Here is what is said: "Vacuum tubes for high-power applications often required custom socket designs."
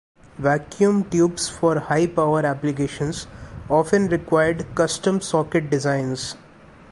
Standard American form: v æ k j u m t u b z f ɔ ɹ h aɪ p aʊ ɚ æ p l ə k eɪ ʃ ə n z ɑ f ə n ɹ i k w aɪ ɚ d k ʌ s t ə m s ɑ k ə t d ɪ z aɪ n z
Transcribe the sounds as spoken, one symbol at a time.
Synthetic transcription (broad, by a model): v æ k j u m t u b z f ɔ ɹ h aɪ p aʊ ɚ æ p l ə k eɪ ʃ ə n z ɑ f ə n ɹ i k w aɪ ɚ d k ʌ s t ə m s ɑ k ə t d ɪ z aɪ n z